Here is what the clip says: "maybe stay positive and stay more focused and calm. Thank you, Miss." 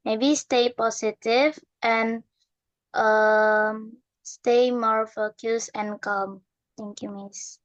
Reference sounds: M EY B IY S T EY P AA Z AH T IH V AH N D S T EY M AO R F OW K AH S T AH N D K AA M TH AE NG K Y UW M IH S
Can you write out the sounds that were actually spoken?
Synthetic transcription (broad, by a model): M EY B IY S T EY P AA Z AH T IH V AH N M S T EY M AO R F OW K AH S AH N K AA M T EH NG K Y UW M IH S